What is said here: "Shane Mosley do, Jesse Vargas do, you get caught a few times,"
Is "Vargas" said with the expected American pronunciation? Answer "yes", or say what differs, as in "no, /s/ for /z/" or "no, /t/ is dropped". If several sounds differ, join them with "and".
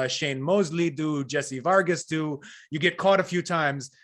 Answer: yes